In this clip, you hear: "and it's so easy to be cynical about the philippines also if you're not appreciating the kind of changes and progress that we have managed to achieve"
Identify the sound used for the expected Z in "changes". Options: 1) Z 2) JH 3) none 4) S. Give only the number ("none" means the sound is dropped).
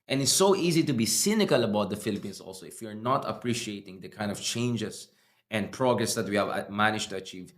4